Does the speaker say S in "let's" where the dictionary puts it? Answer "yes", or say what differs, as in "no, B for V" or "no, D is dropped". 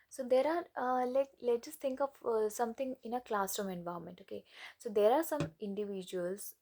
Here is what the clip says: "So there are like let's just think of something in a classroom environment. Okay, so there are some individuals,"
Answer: no, S is dropped